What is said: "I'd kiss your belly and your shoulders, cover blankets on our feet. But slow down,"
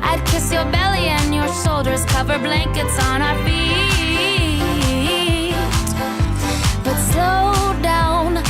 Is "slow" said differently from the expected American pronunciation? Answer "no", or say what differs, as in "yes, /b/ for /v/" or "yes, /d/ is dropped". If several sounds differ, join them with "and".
yes, /l/ is dropped